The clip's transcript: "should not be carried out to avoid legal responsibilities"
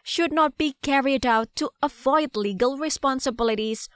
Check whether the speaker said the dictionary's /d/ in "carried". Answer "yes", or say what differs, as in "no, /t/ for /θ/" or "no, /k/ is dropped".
yes